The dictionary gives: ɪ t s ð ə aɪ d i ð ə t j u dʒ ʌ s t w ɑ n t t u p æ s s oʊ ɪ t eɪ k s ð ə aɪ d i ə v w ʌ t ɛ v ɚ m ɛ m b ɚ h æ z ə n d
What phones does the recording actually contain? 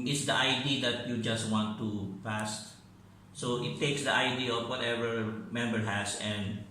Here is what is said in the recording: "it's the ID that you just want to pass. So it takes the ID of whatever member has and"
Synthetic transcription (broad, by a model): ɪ t s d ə aɪ d i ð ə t j u dʒ ʌ s t w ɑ n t t u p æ s s oʊ ɪ t eɪ k s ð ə aɪ d i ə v w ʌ t ɛ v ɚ m ɛ m b ɚ h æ s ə n d